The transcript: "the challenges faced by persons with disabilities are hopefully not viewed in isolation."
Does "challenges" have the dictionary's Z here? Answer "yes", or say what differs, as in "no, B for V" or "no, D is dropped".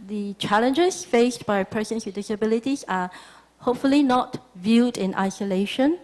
no, S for Z